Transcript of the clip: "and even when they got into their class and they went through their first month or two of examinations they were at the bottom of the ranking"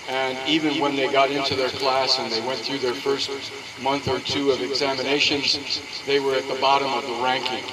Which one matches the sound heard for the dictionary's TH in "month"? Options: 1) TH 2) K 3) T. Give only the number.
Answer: 1